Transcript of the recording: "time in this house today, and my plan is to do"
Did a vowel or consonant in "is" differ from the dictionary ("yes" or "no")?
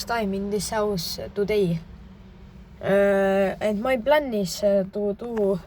yes